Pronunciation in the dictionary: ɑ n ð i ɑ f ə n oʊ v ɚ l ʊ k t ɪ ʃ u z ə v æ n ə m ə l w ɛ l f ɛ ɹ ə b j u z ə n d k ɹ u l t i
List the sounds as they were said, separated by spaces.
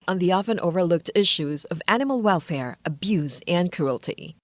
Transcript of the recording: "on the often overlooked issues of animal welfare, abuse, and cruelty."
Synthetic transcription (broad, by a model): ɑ n ð i ɑ f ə n oʊ v ɚ l ʊ k t ɪ ʃ u z ə v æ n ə m l w ɛ l f ɛ ɹ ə b j u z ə n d k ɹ u l t i